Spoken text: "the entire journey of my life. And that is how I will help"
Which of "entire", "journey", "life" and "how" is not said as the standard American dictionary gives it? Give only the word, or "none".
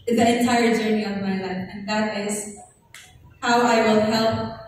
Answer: life